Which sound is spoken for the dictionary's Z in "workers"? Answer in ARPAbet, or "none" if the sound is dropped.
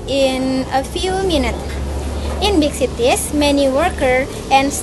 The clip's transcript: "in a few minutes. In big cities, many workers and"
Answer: none